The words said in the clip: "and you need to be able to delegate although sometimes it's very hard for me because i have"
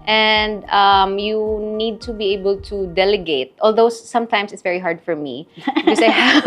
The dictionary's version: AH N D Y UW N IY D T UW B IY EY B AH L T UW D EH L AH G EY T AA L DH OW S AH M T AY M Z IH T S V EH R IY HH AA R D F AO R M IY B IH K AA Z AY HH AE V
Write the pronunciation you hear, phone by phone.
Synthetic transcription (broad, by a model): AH N D Y UW N IY D T UW B IY EY B AH L T UW D EH L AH G EY T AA L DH OW S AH M T AY M S IH T S V EH R IY HH AA R D F AO R M IY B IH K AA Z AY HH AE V